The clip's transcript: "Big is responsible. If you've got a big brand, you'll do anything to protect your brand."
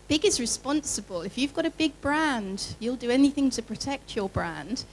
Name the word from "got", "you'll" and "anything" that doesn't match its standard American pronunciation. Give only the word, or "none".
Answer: none